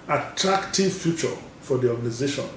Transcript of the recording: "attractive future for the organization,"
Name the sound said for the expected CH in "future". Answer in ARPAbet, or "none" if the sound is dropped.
CH